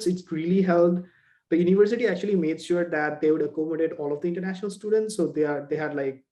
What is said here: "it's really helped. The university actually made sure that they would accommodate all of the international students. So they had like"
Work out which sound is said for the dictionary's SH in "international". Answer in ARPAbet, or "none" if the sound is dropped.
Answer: SH